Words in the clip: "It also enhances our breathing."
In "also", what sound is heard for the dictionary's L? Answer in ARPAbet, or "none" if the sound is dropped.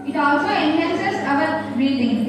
L